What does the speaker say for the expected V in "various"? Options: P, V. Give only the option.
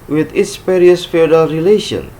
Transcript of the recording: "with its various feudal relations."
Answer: P